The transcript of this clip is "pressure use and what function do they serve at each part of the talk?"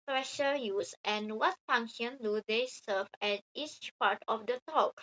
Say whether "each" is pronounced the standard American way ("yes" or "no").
yes